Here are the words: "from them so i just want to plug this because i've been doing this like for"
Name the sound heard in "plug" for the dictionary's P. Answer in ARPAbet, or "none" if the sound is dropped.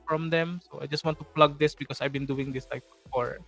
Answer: P